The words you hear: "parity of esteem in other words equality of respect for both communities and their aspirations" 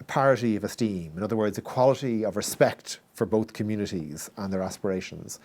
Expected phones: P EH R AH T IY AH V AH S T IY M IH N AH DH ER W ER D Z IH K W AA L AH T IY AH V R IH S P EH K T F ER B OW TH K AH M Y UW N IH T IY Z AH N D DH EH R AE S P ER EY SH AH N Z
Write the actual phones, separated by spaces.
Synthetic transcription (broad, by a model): P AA R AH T IY AH V AH S T IY M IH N AH DH ER W ER D Z IH K W AA L AH T IY AH V R IH S P EH K T F ER B OW TH K AH M Y UW N IH T IY Z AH N DH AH R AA S P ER EY SH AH N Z